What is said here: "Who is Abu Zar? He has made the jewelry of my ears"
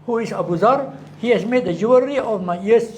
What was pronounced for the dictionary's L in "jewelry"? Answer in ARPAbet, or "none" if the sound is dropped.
none